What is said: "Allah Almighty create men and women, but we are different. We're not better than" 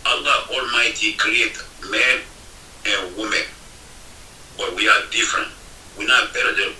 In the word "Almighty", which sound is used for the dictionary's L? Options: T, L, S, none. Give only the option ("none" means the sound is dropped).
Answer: L